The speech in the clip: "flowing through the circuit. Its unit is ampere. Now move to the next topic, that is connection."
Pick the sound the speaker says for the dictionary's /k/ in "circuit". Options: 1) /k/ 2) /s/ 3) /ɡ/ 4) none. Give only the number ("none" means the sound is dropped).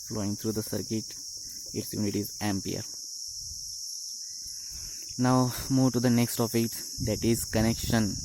1